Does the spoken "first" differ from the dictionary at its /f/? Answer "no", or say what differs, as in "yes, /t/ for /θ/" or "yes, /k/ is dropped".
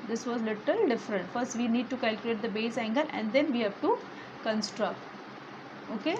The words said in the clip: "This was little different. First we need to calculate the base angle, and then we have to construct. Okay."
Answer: no